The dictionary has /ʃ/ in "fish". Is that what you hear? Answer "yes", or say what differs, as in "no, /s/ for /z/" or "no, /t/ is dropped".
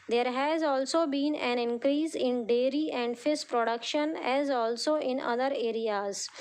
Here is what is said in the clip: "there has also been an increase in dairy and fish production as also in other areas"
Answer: no, /s/ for /ʃ/